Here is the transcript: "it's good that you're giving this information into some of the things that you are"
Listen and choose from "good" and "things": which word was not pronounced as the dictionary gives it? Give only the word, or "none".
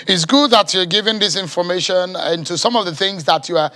none